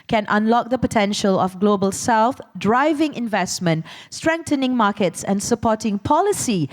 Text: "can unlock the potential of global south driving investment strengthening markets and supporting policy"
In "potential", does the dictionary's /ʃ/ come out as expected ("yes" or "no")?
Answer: yes